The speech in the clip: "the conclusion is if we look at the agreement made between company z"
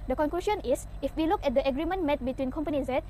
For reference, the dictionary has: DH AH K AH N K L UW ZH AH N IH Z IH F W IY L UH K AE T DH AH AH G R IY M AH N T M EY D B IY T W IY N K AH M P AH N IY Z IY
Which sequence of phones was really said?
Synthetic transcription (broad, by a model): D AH K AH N K L UW S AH N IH S IH F W IY L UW K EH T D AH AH G R IY M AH N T M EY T B IY T W IY N K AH M P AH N IY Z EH